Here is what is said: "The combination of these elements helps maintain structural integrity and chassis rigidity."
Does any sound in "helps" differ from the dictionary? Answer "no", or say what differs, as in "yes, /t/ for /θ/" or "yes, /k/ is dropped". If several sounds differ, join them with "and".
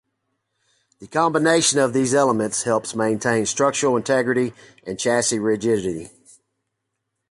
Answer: no